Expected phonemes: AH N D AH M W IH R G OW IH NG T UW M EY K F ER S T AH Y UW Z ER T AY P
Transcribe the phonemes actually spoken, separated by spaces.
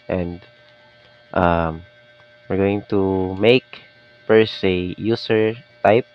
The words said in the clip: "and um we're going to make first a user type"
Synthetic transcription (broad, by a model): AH N D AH M W IH R G OW IH NG T UW M EY K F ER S AH Y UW S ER T AY P